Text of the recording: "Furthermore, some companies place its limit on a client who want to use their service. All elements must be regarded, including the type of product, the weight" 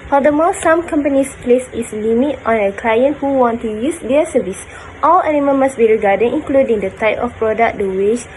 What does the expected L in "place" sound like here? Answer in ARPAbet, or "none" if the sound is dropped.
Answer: L